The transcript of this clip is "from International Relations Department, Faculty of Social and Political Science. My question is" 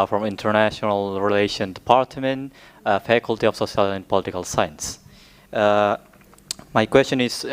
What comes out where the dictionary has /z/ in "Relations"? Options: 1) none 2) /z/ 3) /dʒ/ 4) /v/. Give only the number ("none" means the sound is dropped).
1